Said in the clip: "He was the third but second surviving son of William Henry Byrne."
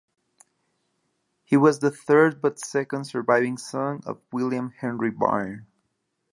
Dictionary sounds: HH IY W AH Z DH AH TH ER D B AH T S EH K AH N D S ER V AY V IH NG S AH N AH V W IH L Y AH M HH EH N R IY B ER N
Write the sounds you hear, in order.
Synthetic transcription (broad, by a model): HH IY W AH Z DH AH TH ER D B AH T S EH K AH N D S ER V AY V IH NG S AH N AH V W IH L Y AH M HH EH N R IY B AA N